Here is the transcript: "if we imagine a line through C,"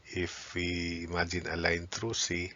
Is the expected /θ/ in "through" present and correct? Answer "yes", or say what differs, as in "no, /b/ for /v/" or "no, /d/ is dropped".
no, /t/ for /θ/